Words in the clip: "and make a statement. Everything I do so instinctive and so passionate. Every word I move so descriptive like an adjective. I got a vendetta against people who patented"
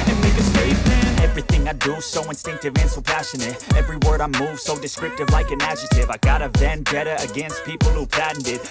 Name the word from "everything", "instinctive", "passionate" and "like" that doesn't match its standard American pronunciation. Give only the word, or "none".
none